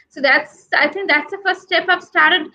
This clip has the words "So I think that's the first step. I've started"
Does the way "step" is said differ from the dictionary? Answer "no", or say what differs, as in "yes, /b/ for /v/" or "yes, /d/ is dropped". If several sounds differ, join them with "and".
no